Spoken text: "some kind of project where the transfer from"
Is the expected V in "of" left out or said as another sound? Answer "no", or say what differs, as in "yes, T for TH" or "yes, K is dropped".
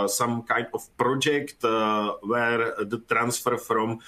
yes, F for V